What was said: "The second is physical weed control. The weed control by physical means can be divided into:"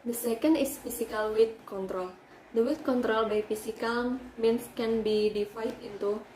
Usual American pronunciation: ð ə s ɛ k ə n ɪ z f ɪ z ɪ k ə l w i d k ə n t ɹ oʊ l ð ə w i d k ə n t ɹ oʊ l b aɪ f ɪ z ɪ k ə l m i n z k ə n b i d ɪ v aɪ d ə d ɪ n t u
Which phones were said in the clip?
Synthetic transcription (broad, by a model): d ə s ɛ k ə n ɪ s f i s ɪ k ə l w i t k ə n t ɹ oʊ l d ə w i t k ə n t ɹ oʊ l b aɪ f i s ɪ k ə l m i n s k ə n b i d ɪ f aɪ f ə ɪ n t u